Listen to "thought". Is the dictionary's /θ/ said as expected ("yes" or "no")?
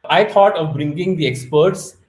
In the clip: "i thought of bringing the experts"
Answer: no